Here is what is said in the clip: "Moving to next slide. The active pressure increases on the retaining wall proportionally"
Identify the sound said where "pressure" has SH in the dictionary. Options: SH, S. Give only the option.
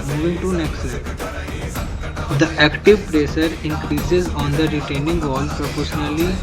S